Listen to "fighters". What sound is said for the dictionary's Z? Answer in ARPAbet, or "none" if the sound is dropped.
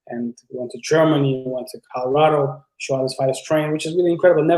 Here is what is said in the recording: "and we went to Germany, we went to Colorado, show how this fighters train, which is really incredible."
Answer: S